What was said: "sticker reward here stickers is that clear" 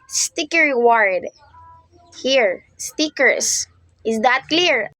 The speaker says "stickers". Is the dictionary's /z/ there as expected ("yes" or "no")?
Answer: no